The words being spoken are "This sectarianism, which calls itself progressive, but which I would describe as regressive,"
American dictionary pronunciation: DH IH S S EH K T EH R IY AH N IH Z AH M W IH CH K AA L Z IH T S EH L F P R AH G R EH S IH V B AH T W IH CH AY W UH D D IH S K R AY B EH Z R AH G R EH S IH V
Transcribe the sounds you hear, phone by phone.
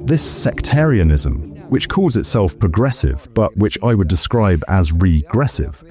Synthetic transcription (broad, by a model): DH IH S S EH K T EH R IY AH N IH Z AH M W IH CH K AA L Z IH T S EH L F P R AH G R EH S IH V B AH T W IH CH AY W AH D D IH S K R AY B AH Z R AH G R EH S IH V